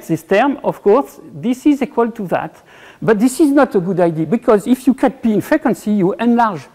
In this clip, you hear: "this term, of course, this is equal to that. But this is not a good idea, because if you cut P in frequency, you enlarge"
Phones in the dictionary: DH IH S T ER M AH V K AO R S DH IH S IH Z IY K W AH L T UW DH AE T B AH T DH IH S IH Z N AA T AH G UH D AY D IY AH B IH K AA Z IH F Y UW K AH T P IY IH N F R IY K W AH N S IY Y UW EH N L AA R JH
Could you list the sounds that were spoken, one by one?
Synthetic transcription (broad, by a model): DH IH S T ER M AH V K AO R S DH IH S IH Z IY K W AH L T UW DH AE T B AH T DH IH S IH Z N AA T AH G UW D AY D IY B IH K AA Z IH F Y UW K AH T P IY IH N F R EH K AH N S IY Y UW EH N L AA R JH